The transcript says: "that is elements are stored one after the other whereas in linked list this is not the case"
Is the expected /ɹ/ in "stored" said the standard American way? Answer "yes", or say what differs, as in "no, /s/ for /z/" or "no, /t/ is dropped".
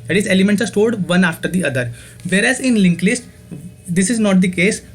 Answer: no, /l/ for /ɹ/